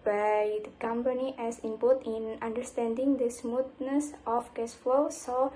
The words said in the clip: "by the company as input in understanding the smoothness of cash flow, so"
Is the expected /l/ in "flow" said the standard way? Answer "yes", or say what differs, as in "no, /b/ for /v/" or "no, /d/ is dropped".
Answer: yes